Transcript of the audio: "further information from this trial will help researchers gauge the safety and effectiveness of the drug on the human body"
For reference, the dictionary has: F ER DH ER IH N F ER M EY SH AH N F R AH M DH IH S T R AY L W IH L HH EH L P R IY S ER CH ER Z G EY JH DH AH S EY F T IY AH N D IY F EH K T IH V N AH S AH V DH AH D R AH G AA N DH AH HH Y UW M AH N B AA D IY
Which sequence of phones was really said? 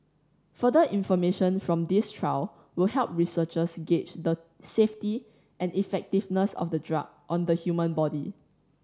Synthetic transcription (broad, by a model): F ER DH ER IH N F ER M EY SH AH N F R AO M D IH S T R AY W W IH L HH EH L P R IY S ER CH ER S G EY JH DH AH S EY F T IY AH N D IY F EH K T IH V N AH S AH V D AH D R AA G AA N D AH HH Y UW M AH N B AA D IY